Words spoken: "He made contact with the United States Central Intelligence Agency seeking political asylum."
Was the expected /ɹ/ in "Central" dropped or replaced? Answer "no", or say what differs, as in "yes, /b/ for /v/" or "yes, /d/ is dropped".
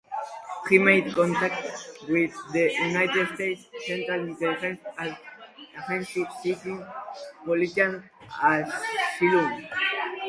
no